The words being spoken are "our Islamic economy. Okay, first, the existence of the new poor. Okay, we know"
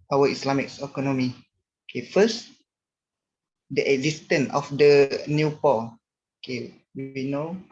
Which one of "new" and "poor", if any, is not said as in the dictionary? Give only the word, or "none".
poor